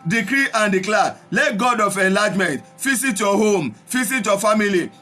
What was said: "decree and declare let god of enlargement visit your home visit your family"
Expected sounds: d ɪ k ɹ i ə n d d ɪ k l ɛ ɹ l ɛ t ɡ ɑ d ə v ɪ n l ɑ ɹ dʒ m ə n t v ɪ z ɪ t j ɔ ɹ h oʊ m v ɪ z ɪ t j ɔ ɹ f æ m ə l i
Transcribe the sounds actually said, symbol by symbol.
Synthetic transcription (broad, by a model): d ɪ k ɹ i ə n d d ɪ k l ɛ l ɛ t ɡ ɑ d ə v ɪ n l ɑ dʒ m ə n t f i s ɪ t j ɔ h oʊ m f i s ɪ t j ɔ f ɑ m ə l i